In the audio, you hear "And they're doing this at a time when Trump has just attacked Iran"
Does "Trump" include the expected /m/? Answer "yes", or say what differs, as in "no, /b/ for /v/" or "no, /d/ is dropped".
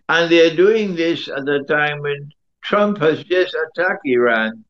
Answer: yes